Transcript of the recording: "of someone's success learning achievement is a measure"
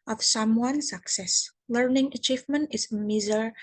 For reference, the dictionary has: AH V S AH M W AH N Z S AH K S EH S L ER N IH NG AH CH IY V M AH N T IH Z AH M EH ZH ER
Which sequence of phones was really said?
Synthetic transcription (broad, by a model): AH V S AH M W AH N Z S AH K S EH S L ER N IH NG AH CH IY V M AH N T IH Z AH M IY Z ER